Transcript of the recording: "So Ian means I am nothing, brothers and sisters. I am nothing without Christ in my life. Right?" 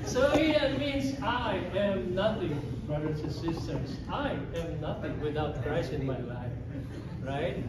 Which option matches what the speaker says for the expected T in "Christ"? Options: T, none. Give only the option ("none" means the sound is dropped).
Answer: none